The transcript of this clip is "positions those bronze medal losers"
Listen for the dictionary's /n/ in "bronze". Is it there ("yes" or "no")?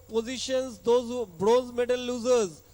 no